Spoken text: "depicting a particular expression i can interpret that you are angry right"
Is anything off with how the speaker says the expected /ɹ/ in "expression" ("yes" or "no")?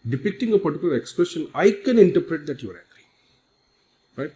yes